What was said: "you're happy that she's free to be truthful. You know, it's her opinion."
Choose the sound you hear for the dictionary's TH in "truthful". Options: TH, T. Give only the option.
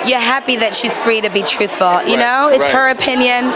TH